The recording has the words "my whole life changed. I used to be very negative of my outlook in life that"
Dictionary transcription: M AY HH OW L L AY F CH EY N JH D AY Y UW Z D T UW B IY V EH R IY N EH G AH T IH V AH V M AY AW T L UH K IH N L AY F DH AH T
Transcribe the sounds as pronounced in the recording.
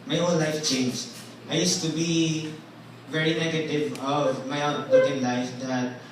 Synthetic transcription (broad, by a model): M AY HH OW N L AY F CH EY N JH AY Y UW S T UW B IY V EH R IY N EH G AH T IH V AH V M AY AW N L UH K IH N L AY F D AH T